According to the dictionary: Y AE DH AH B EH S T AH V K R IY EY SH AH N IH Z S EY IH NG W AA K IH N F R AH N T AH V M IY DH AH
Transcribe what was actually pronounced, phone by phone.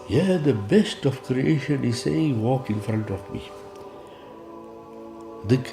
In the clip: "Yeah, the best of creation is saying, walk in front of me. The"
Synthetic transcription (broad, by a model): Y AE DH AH B EH S T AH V K R IY EY SH AH N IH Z S EY IH NG W AA K IH N F R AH N T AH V M IY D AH